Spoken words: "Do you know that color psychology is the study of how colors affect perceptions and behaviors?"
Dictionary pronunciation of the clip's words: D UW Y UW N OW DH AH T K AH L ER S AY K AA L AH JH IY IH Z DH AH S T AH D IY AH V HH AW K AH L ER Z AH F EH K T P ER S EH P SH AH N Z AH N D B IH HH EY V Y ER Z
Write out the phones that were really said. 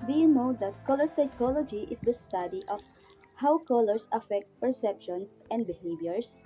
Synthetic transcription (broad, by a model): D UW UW N OW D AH T K AH L ER S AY K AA L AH JH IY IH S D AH S T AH D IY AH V HH AW K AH L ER S AH F EH K T P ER S EH P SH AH N S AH N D B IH HH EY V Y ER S